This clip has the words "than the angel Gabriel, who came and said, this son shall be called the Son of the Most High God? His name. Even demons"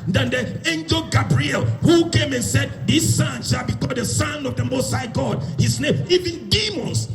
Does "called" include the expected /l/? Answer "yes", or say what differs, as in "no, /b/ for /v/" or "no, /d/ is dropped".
no, /l/ is dropped